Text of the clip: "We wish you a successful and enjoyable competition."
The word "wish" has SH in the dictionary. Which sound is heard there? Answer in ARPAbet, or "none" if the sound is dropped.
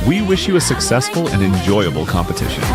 SH